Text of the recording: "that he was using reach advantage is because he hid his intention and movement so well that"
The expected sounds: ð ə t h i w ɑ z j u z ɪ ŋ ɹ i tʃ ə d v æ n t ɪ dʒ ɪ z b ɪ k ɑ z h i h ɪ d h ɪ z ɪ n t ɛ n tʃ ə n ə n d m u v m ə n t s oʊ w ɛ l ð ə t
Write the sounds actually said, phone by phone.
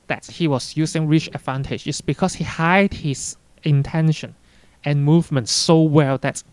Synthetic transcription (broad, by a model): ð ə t h i w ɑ s j u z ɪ ŋ ɹ i tʃ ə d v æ n t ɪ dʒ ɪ s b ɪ k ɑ s h i h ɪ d h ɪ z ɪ n t ɛ n ʃ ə n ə n m u v m ə n t s oʊ w ɛ l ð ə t